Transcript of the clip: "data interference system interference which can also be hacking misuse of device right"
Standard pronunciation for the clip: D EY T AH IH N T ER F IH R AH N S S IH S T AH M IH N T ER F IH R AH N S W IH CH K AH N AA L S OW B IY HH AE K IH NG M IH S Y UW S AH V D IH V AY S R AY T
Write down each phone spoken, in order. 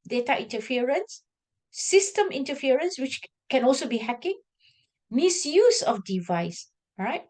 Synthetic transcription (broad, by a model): D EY T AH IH N T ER F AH R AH N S S IH S T AH M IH N T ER F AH R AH N S W IH CH K AH N AA L S OW B IY HH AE K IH NG M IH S Y UW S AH F D IH V AY S R AY T